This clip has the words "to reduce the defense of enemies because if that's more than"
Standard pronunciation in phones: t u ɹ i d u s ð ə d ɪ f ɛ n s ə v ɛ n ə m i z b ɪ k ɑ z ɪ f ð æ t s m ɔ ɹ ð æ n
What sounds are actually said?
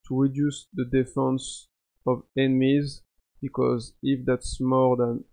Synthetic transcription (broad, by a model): t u ɹ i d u s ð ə d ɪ f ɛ n s ə v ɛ n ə m i z b ɪ k ɑ z ɪ f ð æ t s m ɔ ɹ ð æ n